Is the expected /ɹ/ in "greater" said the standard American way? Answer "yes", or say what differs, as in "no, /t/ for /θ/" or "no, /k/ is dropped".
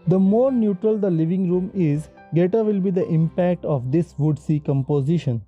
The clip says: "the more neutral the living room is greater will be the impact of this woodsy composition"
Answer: no, /ɹ/ is dropped